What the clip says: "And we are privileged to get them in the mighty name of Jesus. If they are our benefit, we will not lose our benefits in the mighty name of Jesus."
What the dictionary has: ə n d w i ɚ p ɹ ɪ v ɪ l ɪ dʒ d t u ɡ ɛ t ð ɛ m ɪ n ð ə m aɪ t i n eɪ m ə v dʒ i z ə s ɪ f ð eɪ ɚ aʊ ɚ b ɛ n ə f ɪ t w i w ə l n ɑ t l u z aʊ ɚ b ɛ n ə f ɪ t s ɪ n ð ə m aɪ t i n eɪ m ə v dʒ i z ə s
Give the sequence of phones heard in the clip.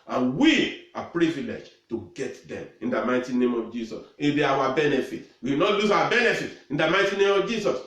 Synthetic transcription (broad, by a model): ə n w i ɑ p ɹ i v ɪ l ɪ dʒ t u ɡ ɛ t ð ɛ m ɪ n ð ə m aɪ t i n eɪ m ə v dʒ i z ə s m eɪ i aʊ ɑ b ɛ n ə f ɪ t w i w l n ɑ t l u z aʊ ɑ b ɛ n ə f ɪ t ɪ n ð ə m aɪ t i n eɪ m ə v dʒ i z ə s